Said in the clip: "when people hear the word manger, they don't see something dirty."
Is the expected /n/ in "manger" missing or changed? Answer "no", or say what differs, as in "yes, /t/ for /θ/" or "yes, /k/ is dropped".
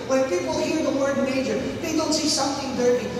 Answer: yes, /n/ is dropped